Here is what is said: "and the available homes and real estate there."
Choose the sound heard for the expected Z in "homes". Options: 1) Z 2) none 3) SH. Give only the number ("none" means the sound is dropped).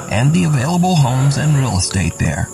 1